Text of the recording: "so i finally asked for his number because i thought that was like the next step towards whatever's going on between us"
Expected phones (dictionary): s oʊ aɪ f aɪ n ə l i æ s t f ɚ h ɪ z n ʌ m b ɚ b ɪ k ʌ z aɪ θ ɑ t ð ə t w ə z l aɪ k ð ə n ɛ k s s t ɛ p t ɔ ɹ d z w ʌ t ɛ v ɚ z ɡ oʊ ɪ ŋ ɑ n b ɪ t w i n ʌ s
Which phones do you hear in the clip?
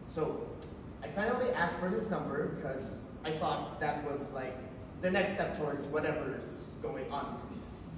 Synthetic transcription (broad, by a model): s oʊ aɪ f aɪ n l i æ s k f ɚ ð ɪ s n ʌ m b ɚ b ɪ k ʌ z aɪ θ ɑ t ð ə t w ə z l aɪ k ð ə n ɛ k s s t ɛ p t ɔ ɹ d z w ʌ t ɛ v ɚ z ɡ oʊ ɪ ŋ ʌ n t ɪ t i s